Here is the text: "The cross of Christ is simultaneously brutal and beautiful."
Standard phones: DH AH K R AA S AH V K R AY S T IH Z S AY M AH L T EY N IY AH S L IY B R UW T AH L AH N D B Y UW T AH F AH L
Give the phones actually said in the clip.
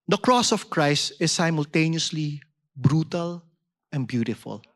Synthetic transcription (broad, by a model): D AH K R AA S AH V K R AY S T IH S AY M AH L T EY N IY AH S L IY B R UW T AH L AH N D B Y UW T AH F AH L